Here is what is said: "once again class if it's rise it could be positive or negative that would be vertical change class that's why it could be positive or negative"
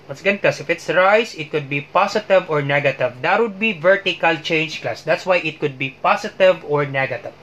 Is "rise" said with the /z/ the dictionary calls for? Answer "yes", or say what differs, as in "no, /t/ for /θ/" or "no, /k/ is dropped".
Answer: no, /s/ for /z/